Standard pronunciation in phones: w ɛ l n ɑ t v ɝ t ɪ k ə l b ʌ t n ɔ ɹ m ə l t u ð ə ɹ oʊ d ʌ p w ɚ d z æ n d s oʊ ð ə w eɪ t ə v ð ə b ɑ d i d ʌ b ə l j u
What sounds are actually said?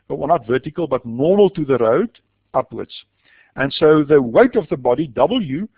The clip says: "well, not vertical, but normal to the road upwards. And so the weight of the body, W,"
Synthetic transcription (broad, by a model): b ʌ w n ɑ t v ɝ t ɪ k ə l b ʌ t n ɔ ɹ m ə l t u ð ə ɹ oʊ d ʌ p w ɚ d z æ n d s oʊ ð ə w eɪ t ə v ð ə b ɑ d i d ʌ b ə l j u